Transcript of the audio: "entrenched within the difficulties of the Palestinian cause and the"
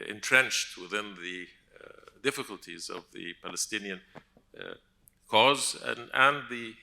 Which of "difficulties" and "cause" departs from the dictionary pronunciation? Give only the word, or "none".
none